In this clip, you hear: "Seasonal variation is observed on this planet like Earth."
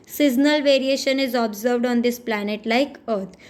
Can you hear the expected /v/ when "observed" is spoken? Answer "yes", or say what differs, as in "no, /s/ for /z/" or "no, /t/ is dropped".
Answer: yes